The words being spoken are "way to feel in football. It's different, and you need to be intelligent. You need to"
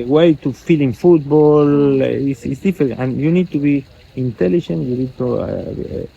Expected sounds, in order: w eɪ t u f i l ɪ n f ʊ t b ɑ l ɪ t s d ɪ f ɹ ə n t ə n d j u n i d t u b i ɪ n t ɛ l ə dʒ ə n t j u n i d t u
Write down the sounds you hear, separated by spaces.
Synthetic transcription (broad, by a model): w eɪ t u f i l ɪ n f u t b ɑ l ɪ s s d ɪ f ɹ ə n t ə n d j u n i d t u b i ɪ n t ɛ l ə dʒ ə n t j u n i d t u